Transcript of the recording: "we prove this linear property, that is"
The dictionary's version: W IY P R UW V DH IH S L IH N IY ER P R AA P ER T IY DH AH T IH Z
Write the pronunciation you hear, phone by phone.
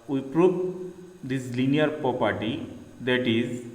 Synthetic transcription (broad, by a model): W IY P R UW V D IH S L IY N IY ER P R AA P ER T IY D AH T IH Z